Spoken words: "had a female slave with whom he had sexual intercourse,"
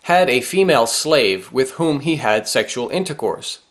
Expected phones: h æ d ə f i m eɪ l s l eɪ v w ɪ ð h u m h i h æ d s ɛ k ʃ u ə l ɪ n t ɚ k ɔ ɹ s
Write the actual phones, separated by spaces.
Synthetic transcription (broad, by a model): h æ d ə f i m eɪ l s l eɪ v w ɪ ð h u m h i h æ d s ɛ k ʃ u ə l ɪ n t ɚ k ɔ ɹ s